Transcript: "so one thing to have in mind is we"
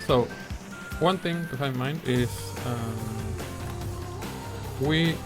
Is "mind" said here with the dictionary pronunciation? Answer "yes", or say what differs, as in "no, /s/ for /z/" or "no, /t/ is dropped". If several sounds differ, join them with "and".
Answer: yes